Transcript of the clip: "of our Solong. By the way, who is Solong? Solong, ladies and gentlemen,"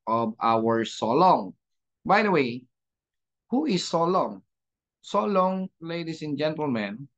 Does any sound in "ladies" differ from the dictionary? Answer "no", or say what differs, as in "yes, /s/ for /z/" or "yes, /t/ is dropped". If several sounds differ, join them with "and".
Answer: yes, /s/ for /z/